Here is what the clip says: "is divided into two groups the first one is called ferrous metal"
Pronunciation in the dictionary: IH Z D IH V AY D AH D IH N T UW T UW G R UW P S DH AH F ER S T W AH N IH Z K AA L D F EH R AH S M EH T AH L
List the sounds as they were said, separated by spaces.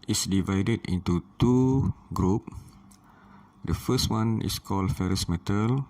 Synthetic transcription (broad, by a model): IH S D IH V AY D AH D IH N T UW T UW G R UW P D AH F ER S T W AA N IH S K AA L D F EH R AH S M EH T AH L